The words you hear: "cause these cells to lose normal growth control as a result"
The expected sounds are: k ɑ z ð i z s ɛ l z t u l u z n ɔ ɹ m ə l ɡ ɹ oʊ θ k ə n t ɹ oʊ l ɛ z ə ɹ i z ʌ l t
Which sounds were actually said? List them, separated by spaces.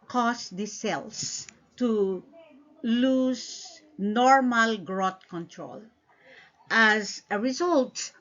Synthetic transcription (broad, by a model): k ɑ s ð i s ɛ l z t u l u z n ɔ ɹ m ə l ɡ ɹ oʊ t k ə n t ɹ oʊ l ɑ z ə ɹ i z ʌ l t